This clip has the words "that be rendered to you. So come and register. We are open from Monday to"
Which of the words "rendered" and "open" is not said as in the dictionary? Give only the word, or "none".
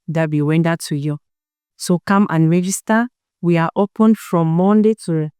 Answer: rendered